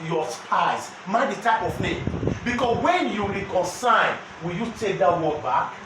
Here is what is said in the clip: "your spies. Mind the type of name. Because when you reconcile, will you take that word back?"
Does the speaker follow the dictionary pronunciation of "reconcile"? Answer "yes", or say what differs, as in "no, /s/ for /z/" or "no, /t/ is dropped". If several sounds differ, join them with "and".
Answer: no, /n/ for /l/